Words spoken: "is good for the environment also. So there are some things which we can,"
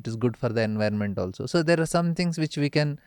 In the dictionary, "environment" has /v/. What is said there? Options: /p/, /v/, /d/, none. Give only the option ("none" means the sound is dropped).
/v/